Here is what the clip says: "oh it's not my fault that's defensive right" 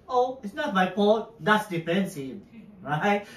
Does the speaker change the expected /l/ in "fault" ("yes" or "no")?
yes